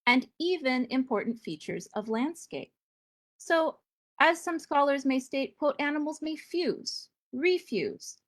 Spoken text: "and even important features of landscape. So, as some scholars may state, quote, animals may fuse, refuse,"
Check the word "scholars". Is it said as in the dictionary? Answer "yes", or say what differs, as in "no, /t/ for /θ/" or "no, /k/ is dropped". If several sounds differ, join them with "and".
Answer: yes